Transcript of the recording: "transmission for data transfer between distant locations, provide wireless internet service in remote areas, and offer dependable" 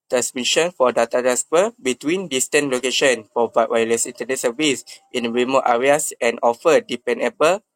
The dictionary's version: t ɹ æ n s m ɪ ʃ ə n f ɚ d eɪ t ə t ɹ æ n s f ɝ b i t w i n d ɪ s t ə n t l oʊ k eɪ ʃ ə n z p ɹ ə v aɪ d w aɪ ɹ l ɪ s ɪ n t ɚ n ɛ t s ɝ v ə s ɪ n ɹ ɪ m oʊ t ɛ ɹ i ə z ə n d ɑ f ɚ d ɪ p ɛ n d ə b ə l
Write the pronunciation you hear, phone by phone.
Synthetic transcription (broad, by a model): t ɹ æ n s m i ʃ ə n f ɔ d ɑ t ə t æ s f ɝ b i t w i n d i s t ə n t l oʊ k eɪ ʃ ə n p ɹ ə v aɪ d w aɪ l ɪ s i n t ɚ n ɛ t s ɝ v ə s ɪ n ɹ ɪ m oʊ t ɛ ɹ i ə s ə n ɑ f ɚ d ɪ p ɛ n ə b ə l